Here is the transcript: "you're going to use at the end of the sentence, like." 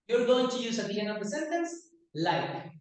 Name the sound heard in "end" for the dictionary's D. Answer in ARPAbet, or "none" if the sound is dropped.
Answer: none